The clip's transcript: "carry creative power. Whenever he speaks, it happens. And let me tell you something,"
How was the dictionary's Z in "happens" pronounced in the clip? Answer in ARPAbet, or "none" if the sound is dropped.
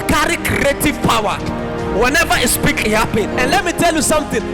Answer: none